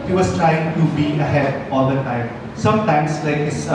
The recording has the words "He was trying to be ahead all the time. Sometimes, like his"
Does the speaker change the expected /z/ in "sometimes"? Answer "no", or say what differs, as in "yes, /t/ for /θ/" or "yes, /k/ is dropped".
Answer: yes, /s/ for /z/